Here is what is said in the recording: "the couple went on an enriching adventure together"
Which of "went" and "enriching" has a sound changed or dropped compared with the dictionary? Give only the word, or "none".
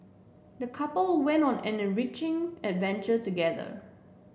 none